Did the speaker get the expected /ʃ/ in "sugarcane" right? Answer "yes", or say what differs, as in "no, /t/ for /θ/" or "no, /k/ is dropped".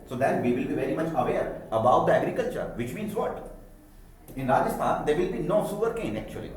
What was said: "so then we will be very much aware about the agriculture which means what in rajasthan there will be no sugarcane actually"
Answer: no, /s/ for /ʃ/